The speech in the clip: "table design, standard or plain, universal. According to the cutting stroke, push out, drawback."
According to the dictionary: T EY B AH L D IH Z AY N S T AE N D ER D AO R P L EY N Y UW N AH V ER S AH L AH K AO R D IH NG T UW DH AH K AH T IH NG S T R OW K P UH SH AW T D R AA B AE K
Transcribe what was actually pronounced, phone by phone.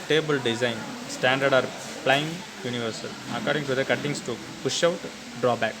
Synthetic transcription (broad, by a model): T EY B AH L D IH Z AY N S T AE N D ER D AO R P L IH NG Y UW N AH V ER S AH L AH K AO R D IH NG T UW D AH K AH T IH NG S T UW P UH SH AW T D R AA B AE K